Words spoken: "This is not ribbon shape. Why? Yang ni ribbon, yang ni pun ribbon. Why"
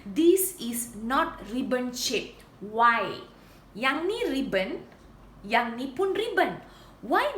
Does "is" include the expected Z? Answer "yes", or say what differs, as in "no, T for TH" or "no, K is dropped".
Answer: no, S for Z